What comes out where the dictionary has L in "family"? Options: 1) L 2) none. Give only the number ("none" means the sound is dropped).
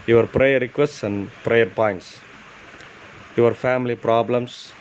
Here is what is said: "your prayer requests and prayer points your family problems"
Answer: 1